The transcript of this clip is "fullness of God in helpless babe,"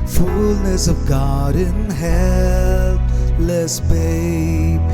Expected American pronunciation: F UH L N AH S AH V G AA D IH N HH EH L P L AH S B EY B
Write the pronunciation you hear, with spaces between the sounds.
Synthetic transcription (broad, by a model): F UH L N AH S AH V G AA D IH N HH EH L L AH S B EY